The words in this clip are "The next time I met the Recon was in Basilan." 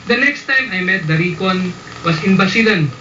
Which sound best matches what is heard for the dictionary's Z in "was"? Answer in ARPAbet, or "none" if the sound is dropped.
S